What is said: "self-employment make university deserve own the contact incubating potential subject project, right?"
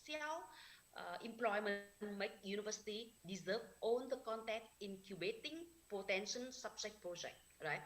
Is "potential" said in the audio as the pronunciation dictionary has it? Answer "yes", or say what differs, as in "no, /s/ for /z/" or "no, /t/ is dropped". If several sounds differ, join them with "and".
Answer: no, /n/ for /l/